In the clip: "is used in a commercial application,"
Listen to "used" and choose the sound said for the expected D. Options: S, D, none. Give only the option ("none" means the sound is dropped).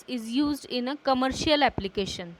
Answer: D